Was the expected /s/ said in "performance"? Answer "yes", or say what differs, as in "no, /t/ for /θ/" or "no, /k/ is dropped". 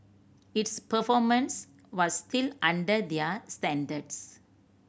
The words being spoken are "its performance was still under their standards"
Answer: yes